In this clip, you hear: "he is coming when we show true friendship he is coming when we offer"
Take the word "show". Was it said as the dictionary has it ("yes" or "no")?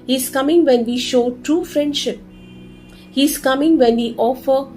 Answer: yes